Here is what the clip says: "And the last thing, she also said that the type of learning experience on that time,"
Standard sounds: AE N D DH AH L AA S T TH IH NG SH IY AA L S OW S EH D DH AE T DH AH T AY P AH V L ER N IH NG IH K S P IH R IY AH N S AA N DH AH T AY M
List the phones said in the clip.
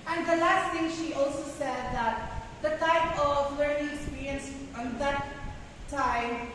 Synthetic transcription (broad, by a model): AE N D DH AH L AA S T T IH NG SH IY AA L S OW S EH D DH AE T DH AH T AY P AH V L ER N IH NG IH K S P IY R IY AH N S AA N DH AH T AY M